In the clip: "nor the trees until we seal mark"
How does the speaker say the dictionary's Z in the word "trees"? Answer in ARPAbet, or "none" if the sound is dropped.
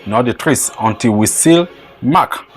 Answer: S